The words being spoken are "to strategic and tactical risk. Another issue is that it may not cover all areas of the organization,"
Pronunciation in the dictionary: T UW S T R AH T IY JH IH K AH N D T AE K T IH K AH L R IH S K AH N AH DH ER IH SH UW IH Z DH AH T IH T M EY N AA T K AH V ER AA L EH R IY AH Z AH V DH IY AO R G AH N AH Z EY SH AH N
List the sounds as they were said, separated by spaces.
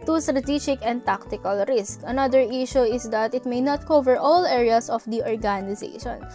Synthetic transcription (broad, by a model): T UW S T R AH T IY JH IH K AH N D T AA K T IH K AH L R IH S K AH N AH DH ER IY SH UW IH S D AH T IH T M EY N AA T K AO V ER AA L EH R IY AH S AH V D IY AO R G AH N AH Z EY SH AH N